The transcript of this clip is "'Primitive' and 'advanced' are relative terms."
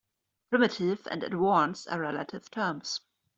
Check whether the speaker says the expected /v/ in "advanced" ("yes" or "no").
no